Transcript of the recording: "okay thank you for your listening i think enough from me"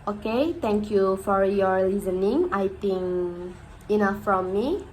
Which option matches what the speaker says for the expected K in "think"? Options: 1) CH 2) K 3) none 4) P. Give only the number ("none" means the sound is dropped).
3